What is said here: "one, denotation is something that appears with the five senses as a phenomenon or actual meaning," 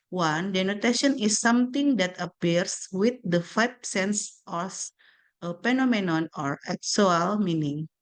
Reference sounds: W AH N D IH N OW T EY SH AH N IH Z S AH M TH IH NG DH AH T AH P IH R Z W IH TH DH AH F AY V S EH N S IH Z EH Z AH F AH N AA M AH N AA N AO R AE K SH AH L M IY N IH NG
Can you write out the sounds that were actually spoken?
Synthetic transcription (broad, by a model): W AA N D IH N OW T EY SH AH N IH S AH M T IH NG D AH T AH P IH R S W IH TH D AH F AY B S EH N S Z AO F AH P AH N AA M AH N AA N AO R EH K S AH L M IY N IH NG